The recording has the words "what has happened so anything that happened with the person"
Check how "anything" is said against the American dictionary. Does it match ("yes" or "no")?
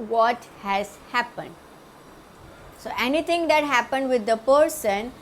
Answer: no